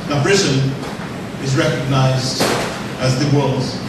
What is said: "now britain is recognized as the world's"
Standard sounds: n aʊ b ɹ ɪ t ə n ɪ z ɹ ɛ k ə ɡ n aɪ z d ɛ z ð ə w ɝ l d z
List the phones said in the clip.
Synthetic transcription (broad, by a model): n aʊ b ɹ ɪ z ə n ɪ z ɹ ɛ k ə ɡ n aɪ z d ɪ z ð ə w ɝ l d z